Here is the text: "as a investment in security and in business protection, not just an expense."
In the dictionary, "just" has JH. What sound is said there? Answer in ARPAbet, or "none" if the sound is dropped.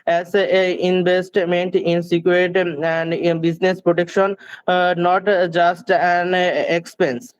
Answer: JH